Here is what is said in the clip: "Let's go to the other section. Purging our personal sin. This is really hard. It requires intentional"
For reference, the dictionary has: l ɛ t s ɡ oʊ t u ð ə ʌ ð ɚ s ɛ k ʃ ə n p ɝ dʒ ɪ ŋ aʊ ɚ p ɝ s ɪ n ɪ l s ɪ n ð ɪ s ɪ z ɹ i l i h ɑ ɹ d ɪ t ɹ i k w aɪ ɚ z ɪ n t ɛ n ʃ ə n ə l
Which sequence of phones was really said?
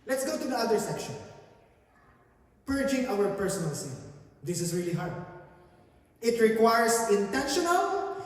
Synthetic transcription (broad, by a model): l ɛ t s ɡ oʊ t u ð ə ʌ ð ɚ s ɛ k ʃ ə n p ɝ dʒ ɪ ŋ aʊ ɚ p ɝ s ɪ n ɪ l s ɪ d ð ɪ s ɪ s ɹ i l i h ɑ ɹ d ɪ t ɹ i k w aɪ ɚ s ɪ n t ɛ n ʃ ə n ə l